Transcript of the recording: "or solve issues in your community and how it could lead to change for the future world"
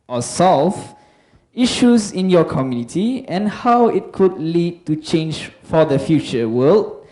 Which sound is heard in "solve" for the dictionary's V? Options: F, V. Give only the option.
F